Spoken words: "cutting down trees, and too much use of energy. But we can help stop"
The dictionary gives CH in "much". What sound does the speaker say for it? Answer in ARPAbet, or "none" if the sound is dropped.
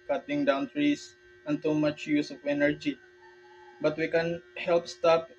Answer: CH